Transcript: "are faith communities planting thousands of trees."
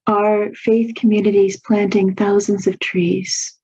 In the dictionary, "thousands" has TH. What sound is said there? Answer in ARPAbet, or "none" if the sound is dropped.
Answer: TH